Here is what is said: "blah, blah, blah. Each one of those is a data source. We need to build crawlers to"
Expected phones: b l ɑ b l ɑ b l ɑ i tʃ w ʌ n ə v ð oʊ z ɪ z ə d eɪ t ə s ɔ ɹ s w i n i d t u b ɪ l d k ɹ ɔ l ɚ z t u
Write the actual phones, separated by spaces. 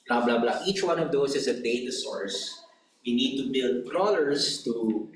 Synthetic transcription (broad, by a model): b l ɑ b l ɑ b l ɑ i tʃ w ʌ n ə v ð oʊ s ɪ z ə d eɪ t ə s ɔ ɹ s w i n i d t u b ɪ l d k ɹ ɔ l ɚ s t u